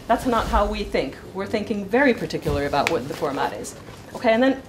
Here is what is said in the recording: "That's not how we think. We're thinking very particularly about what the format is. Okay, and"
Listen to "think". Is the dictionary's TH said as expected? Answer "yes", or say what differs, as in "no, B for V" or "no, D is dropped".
yes